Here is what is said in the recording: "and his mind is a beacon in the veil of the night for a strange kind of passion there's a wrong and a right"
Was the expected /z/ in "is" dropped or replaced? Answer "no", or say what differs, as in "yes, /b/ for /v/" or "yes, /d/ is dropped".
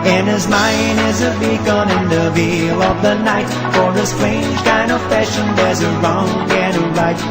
no